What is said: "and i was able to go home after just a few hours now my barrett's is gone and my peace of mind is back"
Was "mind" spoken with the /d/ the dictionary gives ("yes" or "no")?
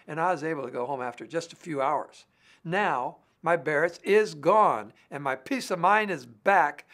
no